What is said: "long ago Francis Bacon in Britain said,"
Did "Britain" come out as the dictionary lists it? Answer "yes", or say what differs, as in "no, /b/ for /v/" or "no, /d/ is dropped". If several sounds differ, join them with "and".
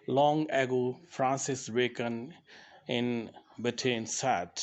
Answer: no, /ɹ/ is dropped